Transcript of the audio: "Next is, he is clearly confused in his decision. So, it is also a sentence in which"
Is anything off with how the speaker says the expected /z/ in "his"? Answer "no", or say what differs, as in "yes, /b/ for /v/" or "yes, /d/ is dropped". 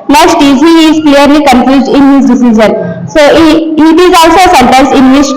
yes, /s/ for /z/